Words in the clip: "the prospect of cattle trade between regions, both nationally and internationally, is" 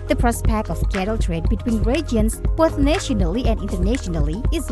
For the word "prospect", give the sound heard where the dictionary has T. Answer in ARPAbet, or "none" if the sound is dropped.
none